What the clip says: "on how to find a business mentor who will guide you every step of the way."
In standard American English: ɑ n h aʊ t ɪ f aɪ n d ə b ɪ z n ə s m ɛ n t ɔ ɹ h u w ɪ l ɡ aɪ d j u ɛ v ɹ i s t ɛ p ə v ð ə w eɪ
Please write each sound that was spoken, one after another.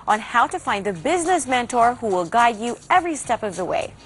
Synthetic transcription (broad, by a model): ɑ n h aʊ t ɪ f aɪ n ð ə b ɪ z n ə s m ɛ n t ɔ ɹ h u w ɪ l ɡ aɪ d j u ɛ v ɹ i s t ɛ p ə v ð ə w eɪ